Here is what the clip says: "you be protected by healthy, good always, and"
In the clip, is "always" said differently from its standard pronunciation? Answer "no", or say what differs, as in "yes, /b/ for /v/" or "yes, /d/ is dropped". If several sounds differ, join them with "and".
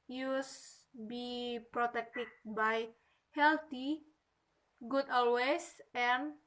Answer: yes, /s/ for /z/